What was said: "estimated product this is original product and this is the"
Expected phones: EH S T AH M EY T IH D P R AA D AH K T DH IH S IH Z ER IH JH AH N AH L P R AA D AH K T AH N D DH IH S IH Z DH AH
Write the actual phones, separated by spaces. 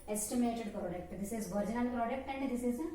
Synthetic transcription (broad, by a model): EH S T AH M EY T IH D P R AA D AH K T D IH S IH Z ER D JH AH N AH N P R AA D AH K T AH N D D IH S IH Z